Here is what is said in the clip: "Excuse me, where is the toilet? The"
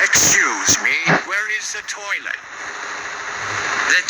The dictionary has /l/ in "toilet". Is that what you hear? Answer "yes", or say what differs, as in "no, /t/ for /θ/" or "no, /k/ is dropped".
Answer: no, /n/ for /l/